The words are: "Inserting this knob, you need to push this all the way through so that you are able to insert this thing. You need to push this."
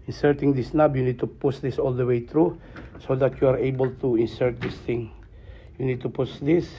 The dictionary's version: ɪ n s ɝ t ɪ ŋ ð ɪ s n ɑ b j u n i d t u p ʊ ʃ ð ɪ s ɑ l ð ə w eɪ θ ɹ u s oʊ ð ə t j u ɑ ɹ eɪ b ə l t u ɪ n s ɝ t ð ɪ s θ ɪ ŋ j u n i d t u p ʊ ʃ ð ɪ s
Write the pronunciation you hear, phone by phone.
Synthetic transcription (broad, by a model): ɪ n s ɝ t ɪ ŋ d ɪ s n ɑ b j u n i d t u p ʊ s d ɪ s ɑ l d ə w eɪ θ ɹ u s oʊ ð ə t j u ɑ ɹ eɪ b ə l t u ɪ n s ɝ t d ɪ s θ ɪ ŋ j u n i d t u p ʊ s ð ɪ s